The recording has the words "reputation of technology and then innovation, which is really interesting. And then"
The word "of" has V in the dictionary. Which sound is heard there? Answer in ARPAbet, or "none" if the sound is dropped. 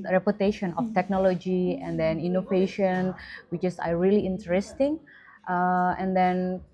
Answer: F